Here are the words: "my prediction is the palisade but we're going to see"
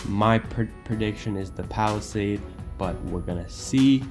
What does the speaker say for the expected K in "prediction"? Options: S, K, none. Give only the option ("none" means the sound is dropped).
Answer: K